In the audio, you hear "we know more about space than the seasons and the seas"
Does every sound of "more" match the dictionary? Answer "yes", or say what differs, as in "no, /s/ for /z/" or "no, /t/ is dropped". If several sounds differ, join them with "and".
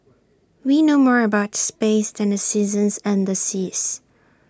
yes